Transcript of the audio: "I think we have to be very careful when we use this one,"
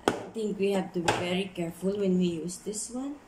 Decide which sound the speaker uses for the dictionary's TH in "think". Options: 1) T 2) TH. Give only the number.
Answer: 1